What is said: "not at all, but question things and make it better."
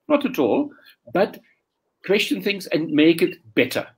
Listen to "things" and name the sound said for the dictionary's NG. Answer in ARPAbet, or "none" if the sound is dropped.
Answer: NG